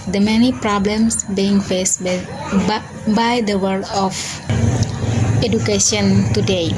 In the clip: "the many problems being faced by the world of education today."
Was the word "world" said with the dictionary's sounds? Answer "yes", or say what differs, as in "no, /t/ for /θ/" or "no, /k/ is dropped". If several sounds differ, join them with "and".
no, /l/ is dropped